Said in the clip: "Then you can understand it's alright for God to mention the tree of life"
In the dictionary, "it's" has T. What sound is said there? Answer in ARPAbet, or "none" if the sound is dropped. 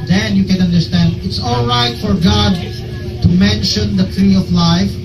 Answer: T